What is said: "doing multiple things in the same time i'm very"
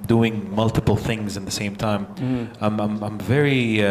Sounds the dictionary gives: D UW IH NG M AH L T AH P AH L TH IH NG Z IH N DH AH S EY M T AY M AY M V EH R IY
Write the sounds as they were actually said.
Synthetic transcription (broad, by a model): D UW IH NG M AH L T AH P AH L TH IH NG Z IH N DH AH S EY M T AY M AY M V EH R IY